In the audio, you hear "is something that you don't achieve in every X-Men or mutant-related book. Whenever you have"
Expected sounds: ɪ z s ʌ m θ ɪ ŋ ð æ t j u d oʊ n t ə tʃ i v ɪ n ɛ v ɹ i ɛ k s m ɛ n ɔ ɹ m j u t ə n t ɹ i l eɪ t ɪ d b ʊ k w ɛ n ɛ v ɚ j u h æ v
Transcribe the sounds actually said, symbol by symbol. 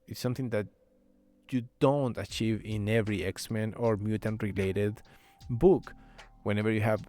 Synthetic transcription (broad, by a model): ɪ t s ʌ m θ ɪ ŋ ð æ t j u d oʊ n t ə tʃ i v ɪ n ɛ v ɹ i ɛ k s m ɛ n ɔ ɹ m j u t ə n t ɹ i l eɪ t ɪ d b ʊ k w ɛ n ɛ v ɚ j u h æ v